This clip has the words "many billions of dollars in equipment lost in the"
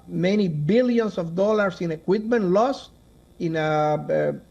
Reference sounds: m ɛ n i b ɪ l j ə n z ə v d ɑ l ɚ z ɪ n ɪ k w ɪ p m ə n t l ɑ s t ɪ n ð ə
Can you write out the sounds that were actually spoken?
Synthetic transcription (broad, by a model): m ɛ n i b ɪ l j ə n s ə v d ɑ l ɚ s ɪ n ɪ k w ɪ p m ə n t l ɑ s t ɪ n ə